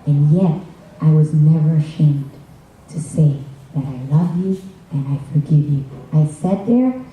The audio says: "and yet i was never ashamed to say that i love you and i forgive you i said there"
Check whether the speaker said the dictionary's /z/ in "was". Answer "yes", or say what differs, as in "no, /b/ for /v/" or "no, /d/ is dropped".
yes